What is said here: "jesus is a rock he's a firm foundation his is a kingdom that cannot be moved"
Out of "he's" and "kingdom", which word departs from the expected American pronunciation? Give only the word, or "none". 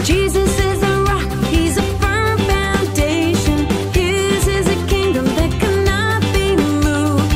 none